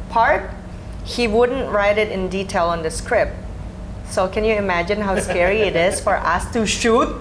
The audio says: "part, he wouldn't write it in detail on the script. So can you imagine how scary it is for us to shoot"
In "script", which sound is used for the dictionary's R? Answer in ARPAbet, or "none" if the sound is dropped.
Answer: R